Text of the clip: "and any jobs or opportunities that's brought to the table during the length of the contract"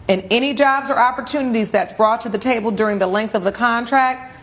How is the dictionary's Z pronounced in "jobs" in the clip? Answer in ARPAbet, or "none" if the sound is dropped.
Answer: Z